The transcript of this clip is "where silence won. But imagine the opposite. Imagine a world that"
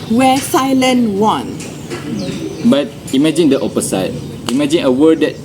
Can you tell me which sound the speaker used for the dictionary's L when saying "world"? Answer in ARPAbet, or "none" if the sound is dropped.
none